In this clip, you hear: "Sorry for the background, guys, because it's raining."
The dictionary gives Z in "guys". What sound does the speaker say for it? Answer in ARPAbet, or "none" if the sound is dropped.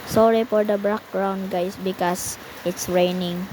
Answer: S